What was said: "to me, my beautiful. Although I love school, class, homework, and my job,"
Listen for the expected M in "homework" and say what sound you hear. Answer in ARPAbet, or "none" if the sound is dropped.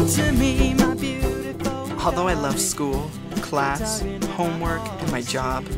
M